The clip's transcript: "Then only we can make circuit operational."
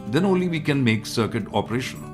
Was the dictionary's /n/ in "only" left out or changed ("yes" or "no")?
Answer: no